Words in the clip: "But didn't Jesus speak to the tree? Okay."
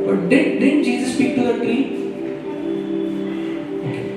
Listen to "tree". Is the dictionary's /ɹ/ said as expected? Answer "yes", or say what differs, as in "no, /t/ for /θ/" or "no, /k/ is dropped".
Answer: no, /ɹ/ is dropped